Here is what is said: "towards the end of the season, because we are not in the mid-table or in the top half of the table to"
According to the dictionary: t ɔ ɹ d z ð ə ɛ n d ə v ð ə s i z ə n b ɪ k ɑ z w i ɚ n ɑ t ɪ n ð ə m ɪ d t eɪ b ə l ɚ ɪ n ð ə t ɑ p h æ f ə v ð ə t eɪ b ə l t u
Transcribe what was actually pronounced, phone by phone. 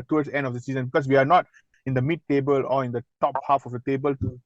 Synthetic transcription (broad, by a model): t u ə ɛ n d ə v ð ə s i z ə n b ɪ k ɑ s w i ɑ n ɑ t ɪ n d ə m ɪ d t eɪ b ə l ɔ ɪ n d ə t ɑ p h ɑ f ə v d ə t eɪ b ə l t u